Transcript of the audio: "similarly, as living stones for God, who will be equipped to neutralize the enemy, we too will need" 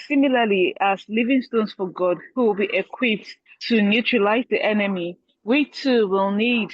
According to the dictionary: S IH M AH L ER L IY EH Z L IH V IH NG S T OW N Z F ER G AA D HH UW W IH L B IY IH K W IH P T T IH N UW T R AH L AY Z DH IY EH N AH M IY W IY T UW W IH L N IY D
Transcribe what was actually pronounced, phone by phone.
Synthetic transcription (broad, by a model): S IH M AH L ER L IY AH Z L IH V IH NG S T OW N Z F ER G AA D HH UW W IH L B IY IH K W IH P T T IH N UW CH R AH L AY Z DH IY EH N AH M IY W IY T UW W IH L N IY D